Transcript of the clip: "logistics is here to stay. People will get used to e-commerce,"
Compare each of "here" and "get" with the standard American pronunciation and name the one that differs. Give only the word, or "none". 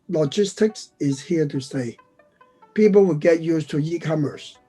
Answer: none